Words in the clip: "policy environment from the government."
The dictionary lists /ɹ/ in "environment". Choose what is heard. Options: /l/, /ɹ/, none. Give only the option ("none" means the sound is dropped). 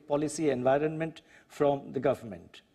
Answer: /ɹ/